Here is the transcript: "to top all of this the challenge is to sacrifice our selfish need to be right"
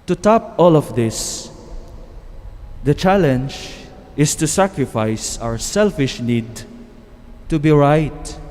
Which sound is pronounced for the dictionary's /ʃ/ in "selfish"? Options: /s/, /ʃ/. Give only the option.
/ʃ/